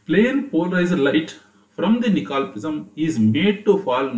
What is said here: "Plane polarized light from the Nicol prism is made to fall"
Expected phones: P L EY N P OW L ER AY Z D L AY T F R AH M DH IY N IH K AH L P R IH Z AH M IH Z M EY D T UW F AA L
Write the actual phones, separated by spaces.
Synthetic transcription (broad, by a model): P L EY N P OW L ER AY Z D L AY T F R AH M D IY N IH K AH L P IH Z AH M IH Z M EY D T UW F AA L